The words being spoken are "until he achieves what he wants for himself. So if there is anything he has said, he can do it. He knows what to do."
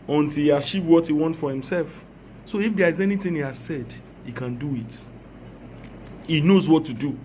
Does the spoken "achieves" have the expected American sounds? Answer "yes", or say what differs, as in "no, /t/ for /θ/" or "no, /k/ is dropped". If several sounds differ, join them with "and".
no, /z/ is dropped